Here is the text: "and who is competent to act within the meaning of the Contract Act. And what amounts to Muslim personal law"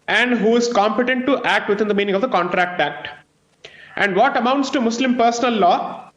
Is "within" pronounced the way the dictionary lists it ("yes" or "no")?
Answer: no